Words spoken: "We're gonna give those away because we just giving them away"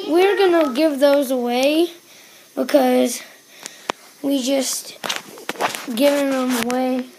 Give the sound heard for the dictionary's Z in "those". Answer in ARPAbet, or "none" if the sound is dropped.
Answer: Z